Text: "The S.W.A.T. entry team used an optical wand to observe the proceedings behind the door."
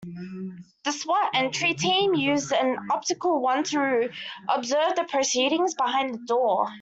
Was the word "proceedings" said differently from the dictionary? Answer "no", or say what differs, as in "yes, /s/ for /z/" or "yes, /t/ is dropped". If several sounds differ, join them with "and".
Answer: no